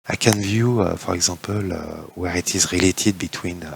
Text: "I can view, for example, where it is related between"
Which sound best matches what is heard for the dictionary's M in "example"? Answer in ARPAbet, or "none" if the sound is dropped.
none